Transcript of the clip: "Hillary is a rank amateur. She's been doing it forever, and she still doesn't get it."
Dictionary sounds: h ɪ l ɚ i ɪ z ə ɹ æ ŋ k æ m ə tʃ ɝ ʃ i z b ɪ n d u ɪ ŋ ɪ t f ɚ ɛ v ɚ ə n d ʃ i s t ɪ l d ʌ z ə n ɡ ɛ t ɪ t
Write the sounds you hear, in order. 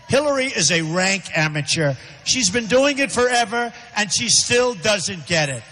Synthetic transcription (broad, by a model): h ɪ l ɚ i ɪ z ə ɹ æ ŋ k æ m ə tʃ ɝ ʃ i z b ɪ n d u ɪ ŋ ɪ t f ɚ ɛ v ɚ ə n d ʃ i s t ɪ l d ʌ z ə n ɡ ɛ t ɪ t